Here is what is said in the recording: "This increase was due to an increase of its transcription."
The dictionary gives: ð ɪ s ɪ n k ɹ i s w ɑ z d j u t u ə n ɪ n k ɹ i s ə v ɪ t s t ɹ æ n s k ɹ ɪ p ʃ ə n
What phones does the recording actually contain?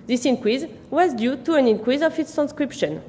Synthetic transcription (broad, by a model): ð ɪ s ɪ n k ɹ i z w ɑ z d j u t u ə n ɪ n k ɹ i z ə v ɪ t s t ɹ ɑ n s k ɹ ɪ p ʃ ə n